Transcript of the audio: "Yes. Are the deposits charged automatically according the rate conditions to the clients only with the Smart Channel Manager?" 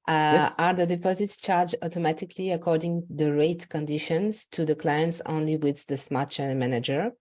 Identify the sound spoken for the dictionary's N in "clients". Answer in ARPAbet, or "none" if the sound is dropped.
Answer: N